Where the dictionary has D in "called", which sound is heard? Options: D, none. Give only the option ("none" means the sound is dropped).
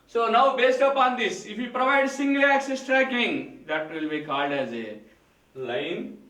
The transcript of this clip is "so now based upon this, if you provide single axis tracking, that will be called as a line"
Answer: D